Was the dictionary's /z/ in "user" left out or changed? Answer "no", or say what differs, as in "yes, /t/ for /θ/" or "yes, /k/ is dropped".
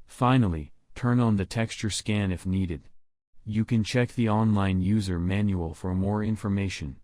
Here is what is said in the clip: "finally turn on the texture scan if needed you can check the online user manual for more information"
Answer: no